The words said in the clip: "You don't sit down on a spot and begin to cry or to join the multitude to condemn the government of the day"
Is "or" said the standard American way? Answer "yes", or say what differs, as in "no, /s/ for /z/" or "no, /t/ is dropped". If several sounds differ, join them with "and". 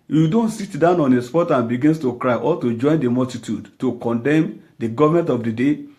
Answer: no, /l/ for /ɹ/